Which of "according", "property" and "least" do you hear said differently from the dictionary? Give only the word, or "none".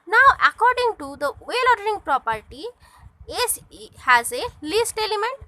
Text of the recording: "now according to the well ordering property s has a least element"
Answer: none